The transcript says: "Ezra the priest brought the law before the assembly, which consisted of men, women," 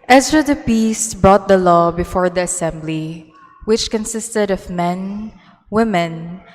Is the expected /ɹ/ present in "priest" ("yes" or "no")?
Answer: no